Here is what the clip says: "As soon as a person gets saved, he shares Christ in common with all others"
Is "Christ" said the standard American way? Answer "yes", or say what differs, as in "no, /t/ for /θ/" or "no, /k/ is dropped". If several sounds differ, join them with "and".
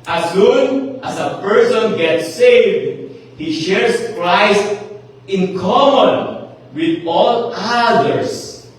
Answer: yes